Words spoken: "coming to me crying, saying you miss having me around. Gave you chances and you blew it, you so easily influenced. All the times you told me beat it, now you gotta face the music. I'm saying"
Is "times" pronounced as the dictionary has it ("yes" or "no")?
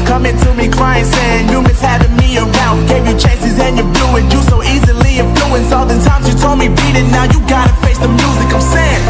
yes